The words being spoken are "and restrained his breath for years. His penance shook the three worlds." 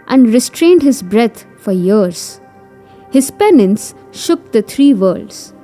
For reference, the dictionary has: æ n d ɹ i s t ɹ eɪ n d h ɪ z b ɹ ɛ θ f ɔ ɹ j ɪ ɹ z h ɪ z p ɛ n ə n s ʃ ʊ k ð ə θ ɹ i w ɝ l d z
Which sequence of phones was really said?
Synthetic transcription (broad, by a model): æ n d ɹ i s t ɹ eɪ n d h ɪ z b ɹ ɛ t f ɔ ɹ j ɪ ɹ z h ɪ z p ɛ n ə n s ʃ ʊ k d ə t ɹ i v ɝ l d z